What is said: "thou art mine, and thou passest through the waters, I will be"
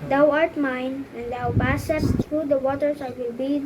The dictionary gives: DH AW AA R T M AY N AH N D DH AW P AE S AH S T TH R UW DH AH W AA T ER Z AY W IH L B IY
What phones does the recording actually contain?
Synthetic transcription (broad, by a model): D AW AA R T M AY N AH N D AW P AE S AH T S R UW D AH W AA T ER S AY W IH L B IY